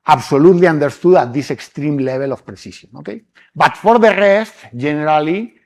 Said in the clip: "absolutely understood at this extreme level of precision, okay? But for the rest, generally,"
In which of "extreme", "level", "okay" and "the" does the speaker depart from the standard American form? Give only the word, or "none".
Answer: level